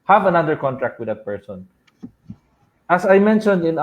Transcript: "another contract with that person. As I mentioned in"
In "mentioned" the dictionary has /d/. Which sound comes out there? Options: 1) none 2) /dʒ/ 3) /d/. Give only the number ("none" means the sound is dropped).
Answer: 3